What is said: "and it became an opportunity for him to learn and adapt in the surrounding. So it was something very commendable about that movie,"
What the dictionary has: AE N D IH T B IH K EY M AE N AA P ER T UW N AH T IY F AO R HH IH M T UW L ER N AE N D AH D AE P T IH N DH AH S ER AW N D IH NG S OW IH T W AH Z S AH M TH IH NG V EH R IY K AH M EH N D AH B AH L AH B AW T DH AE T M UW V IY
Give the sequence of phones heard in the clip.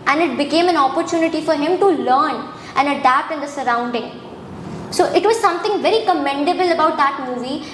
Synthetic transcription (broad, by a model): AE N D IH T B IH K EY M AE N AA P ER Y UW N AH T IY F AO R HH IH M T UW L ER N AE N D AH D AE P T IH N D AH S ER AW N D IH NG S OW IH T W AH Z S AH M T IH NG V EH R IY K AH M EH N D AH B AH L AH B AW T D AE T M UW V IY